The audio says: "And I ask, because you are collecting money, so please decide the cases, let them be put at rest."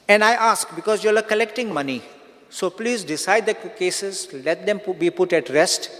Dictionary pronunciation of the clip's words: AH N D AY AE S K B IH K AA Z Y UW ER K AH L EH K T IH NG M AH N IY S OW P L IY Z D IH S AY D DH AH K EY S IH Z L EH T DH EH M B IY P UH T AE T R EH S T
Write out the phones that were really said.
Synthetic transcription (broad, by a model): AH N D AY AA S K B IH K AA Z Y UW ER K AH L EH K T IH NG M AH N IY S OW P L IY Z D IH S AY D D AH K EY S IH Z L EH T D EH M B IY P UH T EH T R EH S T